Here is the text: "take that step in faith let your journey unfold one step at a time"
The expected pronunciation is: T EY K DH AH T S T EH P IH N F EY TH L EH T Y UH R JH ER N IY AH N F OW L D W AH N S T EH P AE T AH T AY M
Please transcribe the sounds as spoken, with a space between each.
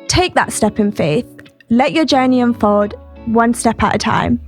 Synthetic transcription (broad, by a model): T EY K DH AH T S T EH P IH N F EY TH L EH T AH JH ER N IY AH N F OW D W AH N S T EH P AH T AH T AY M